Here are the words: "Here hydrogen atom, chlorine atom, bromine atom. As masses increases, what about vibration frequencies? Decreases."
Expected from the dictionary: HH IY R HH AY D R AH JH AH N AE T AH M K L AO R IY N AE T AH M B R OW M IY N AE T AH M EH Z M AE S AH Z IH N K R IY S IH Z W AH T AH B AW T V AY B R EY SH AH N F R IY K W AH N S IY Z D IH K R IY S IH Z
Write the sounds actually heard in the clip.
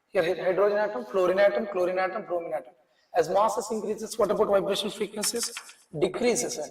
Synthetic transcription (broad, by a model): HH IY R HH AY D R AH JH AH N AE T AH M K L AO R IY N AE T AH M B R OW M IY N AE T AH M EH Z M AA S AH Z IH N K R IY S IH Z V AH T AH B AW T V AY B R EY SH AH N F IY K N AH S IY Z D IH K R IY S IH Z